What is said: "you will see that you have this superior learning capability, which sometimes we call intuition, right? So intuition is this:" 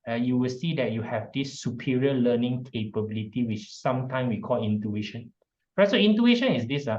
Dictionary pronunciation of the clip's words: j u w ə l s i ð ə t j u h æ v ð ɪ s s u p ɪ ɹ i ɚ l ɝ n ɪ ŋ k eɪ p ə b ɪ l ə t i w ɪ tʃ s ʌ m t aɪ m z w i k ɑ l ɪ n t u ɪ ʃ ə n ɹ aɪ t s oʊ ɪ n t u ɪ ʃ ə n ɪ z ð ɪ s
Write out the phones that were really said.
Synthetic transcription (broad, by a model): j u w ə l s i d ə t j u h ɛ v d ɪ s s u p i ɹ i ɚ l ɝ n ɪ ŋ k eɪ p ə b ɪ l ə t i w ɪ tʃ s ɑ m t aɪ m s w i k ɑ l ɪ n t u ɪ ʃ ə n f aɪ s oʊ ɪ n t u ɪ ʃ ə n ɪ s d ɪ s